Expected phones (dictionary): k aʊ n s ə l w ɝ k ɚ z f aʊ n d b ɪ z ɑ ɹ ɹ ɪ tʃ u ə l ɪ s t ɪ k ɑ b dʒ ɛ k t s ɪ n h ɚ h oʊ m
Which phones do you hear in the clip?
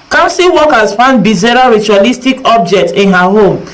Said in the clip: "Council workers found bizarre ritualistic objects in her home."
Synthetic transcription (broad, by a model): k aʊ n s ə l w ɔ k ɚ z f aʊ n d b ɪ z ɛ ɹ ɹ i tʃ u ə l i s t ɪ k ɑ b dʒ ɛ k t ɪ n h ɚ h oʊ m